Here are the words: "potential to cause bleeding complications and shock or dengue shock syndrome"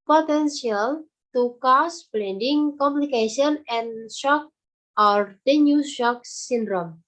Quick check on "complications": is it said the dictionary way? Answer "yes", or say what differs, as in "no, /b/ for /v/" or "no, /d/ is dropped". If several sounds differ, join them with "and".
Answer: no, /z/ is dropped